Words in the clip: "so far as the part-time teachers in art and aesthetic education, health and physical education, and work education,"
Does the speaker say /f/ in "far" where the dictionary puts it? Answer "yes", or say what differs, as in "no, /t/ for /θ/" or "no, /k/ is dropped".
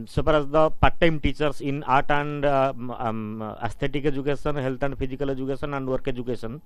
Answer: no, /p/ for /f/